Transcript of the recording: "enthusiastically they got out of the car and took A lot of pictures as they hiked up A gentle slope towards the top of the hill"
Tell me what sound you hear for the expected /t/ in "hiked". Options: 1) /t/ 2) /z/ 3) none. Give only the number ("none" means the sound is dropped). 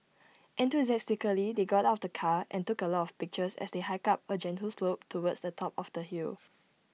3